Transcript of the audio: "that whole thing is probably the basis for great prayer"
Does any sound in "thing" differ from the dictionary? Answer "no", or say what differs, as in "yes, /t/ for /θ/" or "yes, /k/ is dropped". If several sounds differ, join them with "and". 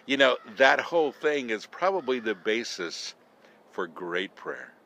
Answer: no